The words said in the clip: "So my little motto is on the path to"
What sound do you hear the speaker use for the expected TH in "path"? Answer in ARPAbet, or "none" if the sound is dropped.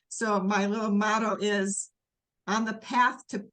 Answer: TH